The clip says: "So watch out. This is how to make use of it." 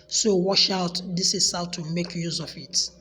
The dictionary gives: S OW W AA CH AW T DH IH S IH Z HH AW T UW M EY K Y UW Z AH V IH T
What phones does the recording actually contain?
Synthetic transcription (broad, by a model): S OW W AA SH AW T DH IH S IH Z HH AW T UW M EY K Y UW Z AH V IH T